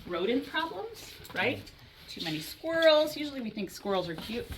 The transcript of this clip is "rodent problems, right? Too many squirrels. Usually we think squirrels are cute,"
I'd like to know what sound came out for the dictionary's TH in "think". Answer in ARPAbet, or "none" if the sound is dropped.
TH